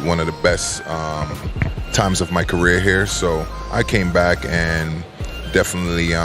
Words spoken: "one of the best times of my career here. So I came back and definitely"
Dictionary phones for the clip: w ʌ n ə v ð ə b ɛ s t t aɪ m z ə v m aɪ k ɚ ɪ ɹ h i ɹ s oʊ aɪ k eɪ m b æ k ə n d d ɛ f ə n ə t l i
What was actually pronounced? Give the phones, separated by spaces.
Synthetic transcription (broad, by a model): w ʌ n ə v ð ə b ɛ s t t aɪ m z ə v m aɪ k ɚ ɪ ɹ h i ɹ s oʊ aɪ k eɪ m b æ k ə n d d ɛ f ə n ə t l i